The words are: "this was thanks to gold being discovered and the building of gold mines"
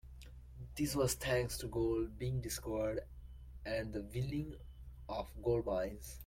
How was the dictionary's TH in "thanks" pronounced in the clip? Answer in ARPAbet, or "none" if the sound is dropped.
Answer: T